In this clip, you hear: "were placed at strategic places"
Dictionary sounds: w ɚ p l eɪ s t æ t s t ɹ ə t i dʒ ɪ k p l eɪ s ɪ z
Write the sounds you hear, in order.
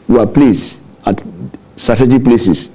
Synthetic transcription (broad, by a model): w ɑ p l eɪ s ɑ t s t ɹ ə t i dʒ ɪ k p l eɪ s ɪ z